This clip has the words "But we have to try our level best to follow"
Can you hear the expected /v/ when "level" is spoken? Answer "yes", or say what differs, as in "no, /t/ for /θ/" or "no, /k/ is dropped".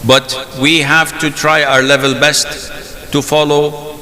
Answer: yes